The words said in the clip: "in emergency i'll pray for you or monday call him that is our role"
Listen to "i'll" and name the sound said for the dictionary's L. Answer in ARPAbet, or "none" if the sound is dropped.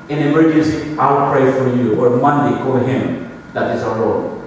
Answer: W